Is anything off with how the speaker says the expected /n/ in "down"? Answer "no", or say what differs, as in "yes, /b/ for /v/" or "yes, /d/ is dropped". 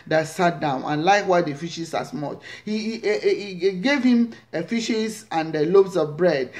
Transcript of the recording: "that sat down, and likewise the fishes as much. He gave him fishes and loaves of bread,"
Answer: no